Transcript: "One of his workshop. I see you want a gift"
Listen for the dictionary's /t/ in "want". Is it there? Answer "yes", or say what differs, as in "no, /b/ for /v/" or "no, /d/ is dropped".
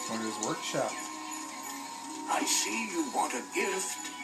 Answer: yes